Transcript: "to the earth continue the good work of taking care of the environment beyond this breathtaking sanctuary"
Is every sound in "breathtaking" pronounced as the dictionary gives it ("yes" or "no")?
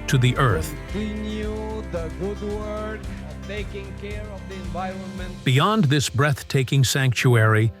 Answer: yes